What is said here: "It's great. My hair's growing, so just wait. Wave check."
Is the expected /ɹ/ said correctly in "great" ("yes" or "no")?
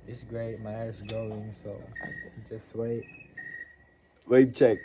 yes